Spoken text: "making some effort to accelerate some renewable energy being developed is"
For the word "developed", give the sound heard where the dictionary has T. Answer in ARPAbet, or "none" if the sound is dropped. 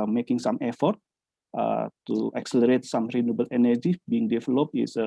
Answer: none